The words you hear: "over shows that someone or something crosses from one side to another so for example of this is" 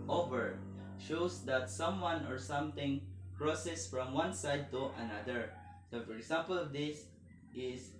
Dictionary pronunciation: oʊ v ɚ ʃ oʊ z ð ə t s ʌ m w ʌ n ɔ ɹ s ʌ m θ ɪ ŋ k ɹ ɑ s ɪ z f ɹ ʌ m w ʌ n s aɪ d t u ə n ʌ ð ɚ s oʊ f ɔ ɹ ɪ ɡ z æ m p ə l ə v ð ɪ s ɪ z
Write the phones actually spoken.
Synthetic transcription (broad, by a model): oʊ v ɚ ʃ oʊ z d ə t s ʌ m w ʌ n ɔ ɹ s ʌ m t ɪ ŋ k ɹ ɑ s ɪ s f ɹ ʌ m w ʌ n s aɪ d t u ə n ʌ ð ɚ s oʊ f ɔ ɹ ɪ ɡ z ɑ m p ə l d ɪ s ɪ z